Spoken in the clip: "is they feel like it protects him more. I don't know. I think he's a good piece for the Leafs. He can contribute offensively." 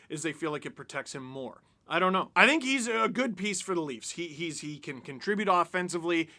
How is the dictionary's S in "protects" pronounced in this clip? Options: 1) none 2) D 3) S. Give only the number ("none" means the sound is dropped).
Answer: 3